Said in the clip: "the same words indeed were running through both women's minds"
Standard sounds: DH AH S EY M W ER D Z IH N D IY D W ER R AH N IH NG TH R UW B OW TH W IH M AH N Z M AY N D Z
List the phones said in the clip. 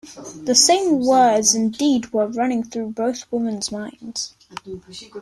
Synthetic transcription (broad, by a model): DH AH S EY M W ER D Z IH N D IY D W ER R AH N IH NG TH R UW B OW TH W IH M AH N Z M AY N D Z